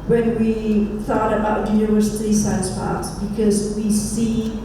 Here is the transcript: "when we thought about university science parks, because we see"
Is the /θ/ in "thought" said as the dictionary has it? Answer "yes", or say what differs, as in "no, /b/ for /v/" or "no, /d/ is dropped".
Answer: yes